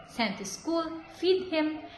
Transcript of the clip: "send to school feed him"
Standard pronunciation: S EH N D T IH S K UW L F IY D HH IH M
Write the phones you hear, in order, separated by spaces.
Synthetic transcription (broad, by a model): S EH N T IH S K UW L F IY D HH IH M